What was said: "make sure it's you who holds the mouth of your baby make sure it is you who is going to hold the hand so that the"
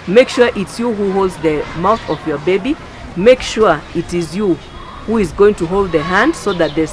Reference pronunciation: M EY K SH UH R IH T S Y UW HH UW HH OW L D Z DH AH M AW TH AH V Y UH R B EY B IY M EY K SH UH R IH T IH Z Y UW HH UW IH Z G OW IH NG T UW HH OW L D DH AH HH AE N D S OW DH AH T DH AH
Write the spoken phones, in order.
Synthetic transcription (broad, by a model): M EY K SH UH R IH T S Y UW HH UW HH OW L D Z DH AH M AW TH AH V Y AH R B EY B IY M EY K SH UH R IH T IH Z Y UW HH UW IH Z G OW IH NG T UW HH OW L D DH AH HH AE N D S OW DH AH T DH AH